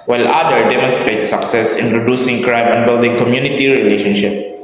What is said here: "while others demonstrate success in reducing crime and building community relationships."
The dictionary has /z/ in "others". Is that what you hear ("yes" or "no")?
no